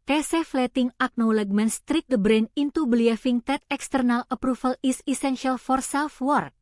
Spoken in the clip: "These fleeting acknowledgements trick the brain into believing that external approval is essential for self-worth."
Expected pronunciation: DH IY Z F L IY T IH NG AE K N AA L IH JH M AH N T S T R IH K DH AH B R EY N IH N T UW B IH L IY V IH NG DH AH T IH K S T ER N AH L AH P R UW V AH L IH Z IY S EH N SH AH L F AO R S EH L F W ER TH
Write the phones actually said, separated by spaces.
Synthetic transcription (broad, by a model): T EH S F L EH T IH NG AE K N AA L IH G M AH N S T R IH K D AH B R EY N IH N T UW B L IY F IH NG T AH T IH K S T ER N AH L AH P R UW F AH L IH S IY S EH N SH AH L F AO R S EH L F W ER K